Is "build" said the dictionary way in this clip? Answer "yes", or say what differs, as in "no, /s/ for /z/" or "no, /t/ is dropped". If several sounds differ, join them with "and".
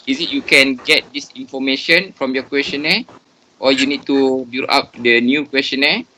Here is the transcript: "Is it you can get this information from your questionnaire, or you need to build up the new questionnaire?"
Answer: no, /d/ is dropped